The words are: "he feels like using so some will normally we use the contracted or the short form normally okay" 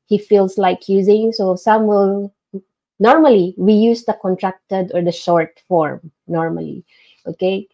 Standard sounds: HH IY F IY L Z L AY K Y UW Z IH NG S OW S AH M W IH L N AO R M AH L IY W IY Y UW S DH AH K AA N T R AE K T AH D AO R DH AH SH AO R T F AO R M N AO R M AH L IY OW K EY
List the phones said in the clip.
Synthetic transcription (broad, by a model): HH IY F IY L S L AY K Y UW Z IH NG S OW S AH M W IH L N AO R M AH L IY W IY Y UW S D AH K AA N T R AE K T AH D AO R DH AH SH AO R T F AO R M N AO R M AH L IY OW K EY